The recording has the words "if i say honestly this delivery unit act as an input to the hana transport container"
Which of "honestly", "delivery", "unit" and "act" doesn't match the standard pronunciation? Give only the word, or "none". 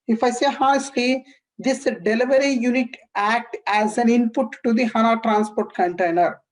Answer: honestly